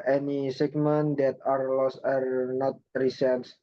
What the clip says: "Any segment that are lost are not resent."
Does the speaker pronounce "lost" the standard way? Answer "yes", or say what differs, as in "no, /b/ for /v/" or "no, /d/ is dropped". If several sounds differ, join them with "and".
yes